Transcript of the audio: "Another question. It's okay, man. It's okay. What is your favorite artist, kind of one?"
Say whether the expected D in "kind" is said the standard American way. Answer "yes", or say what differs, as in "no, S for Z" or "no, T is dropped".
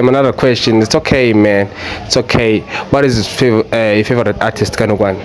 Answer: no, D is dropped